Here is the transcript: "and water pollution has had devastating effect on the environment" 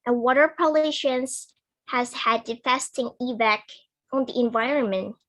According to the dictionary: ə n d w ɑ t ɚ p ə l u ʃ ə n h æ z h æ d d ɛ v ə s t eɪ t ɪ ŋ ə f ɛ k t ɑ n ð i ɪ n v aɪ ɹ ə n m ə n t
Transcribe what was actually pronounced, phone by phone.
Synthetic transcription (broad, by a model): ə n w ɑ t ɚ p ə l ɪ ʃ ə n h æ z h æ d d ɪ f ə s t t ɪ ŋ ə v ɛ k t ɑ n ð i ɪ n v aɪ ɹ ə n m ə n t